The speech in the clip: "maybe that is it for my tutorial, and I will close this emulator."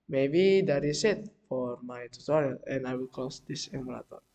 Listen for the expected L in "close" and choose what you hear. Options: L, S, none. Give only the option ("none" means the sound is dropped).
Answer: none